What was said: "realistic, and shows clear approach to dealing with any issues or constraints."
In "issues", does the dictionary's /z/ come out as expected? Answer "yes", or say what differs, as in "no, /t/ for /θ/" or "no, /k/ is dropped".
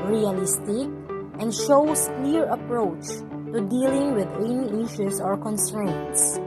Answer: no, /s/ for /z/